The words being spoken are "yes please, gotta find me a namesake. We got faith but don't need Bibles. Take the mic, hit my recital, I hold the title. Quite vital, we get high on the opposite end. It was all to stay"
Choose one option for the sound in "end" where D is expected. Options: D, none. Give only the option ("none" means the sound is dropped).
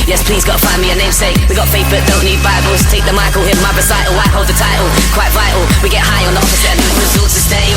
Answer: none